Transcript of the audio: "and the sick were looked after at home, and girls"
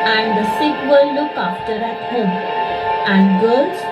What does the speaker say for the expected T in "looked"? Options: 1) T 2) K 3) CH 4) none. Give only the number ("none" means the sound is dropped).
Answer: 4